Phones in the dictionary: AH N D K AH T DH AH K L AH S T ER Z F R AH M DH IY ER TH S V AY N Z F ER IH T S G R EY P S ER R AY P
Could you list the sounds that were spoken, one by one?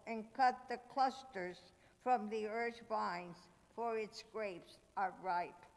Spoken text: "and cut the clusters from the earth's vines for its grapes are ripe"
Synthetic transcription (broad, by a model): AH N K AH T DH AH K L AH S T ER Z F R AH M DH IY ER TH V AY N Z F ER IH T S G R EY P S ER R AY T